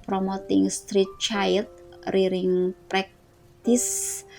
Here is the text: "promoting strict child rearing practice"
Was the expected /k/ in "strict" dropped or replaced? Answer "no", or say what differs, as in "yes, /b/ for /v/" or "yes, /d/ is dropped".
yes, /k/ is dropped